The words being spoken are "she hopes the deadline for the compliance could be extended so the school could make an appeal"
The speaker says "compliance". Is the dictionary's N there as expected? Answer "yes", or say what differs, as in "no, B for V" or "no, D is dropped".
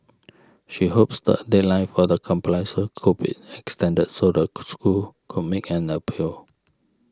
no, N is dropped